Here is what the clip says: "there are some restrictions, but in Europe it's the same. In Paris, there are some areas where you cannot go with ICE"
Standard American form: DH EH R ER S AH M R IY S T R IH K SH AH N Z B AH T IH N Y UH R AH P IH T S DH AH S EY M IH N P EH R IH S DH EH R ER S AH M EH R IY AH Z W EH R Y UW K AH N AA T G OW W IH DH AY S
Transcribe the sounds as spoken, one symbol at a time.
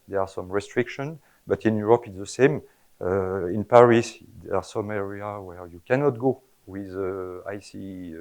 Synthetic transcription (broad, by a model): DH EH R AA S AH M R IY S T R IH K SH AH N B AH T IH N Y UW R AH P IH T S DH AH S EY M IH N P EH R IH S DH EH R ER S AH M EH R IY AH W EH R Y UW K AH N AA T G OW W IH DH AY S